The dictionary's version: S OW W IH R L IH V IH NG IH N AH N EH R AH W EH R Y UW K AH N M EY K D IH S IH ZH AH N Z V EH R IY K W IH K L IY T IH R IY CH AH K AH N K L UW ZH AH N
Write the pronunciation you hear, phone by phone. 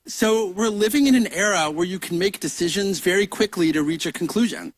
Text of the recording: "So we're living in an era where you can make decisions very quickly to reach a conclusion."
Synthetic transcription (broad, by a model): S OW W IH R L IH V IH NG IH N AH N EH R AH W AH R Y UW K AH N M EY K D IH S IH ZH AH N Z V EH R IY K W IH K L IY T IH R IY CH AH K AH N K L UW ZH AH N